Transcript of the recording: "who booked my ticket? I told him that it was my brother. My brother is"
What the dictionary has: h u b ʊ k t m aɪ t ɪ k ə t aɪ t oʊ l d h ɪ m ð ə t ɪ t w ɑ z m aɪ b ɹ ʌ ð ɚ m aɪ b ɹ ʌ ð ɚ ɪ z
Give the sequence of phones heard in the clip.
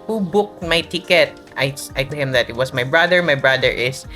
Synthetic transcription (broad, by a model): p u b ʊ k m aɪ t ɪ k ə t aɪ s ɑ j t h ɪ m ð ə t ɪ t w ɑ s m aɪ b ɹ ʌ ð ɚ m aɪ b ɹ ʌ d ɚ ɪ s